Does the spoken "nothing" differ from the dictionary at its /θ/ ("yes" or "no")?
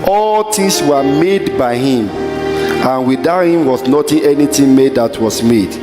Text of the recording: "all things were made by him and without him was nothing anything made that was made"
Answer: yes